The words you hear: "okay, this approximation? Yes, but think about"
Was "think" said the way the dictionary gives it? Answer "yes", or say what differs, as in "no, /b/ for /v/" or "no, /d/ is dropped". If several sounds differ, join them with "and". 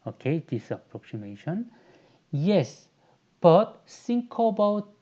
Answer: no, /s/ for /θ/